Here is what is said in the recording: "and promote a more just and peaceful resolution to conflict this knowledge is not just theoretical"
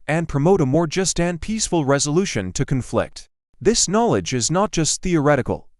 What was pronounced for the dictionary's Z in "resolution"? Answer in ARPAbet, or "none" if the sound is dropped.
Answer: Z